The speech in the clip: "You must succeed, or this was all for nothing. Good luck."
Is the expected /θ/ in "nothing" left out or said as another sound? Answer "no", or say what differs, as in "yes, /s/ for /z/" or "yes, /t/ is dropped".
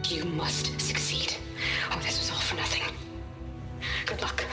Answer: no